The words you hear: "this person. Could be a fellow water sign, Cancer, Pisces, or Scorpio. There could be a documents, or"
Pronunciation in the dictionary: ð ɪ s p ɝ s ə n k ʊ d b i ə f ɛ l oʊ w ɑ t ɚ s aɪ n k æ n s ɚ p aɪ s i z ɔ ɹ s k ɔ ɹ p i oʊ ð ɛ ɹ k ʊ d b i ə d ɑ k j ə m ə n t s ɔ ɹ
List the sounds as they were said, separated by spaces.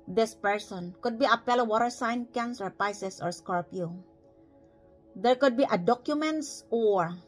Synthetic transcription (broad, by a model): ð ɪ s p ɝ s ə n k ʊ d b i ə p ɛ l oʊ w ɑ t ɚ s aɪ n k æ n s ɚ p aɪ s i s ɔ ɹ s k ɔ ɹ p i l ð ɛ ɹ k ʊ d b i ə d ɑ k j ə m ə n t s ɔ ɹ